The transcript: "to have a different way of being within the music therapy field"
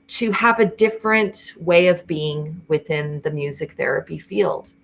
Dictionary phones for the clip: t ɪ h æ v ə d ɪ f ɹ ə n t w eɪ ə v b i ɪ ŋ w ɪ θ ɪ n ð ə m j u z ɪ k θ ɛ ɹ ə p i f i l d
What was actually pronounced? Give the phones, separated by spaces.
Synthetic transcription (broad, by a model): t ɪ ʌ v ə d ɪ f ɹ ə n t w eɪ ə v b i ɪ ŋ w ɪ θ ɪ n ð ə m j u z ɪ k θ ɛ ɹ ə p i f i l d